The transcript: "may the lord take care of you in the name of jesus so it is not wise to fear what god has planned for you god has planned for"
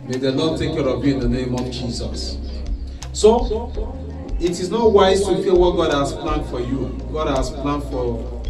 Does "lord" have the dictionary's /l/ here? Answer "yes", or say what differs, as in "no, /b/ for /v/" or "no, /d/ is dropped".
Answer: no, /n/ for /l/